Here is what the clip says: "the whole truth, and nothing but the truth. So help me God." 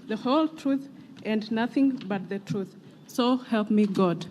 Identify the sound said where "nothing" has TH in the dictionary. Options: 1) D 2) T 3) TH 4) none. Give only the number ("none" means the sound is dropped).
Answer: 3